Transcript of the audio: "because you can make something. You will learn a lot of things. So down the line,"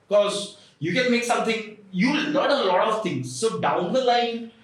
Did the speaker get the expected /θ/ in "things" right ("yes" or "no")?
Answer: no